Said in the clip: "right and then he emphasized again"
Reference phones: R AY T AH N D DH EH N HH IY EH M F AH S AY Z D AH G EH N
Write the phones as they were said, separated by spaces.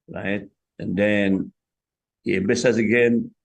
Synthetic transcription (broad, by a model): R AY T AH N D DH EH N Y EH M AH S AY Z AH G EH N